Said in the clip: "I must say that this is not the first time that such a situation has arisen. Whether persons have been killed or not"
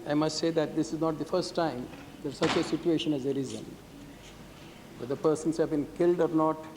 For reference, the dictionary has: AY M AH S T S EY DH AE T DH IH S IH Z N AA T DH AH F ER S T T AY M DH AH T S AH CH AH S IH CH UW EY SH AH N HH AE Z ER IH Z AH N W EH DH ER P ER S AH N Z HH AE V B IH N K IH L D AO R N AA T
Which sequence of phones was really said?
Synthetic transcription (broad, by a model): AY M AH S T S EY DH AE T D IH S IH Z N AA T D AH F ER S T T AY M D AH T S AH CH AH S IH CH UW EY SH AH N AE Z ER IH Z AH N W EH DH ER P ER S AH N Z HH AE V B IH N K IH L D AO R N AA T